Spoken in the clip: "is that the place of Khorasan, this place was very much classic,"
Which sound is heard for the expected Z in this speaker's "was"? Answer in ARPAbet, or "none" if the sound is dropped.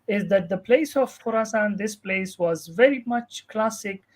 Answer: Z